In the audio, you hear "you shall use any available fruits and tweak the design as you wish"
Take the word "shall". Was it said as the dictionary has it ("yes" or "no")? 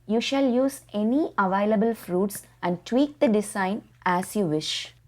yes